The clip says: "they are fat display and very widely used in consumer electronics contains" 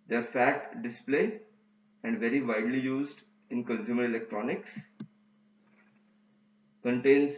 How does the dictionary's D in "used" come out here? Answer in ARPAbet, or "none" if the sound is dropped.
D